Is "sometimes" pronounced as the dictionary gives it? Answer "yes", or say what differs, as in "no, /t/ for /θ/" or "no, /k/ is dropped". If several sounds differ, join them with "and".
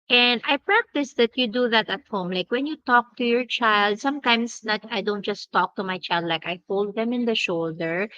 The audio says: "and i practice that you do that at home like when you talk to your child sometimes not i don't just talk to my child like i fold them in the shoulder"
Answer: no, /s/ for /z/